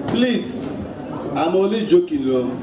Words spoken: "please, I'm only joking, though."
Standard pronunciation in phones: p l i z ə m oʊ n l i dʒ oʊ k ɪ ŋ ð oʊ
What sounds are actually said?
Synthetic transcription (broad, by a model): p l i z ə m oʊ l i dʒ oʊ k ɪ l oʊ